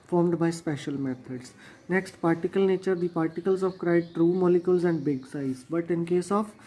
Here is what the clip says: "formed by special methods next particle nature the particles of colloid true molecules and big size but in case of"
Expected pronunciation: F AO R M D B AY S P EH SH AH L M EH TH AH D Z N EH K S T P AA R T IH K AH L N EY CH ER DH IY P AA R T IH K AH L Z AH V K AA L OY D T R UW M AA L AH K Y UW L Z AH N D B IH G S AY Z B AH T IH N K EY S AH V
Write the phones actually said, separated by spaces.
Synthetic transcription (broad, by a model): F AO R M D B AY S P EH SH AH L M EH T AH D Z N EH K S T P AA R T IH K AH L N EY CH ER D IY P AA R T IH K AH L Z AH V K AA IH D T R UW M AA L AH K Y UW L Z AH N D B IH G S AY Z B AH T IH N K EY S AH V